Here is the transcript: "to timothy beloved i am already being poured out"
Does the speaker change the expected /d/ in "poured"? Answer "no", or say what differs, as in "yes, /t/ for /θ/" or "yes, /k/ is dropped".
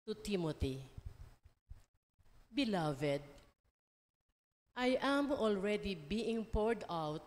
no